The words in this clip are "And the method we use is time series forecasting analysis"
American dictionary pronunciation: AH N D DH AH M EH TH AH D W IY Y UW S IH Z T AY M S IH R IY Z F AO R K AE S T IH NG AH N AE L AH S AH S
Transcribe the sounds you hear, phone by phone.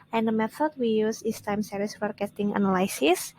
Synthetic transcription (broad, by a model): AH N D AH M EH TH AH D W IY Y UW S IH S T AY M S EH R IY S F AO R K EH T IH NG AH N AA L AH S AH S